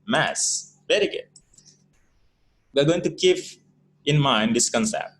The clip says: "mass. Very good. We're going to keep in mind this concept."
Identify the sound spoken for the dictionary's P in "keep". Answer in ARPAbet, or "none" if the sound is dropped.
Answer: F